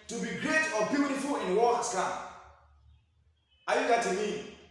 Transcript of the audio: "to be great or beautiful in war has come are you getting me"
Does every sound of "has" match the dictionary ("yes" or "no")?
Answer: no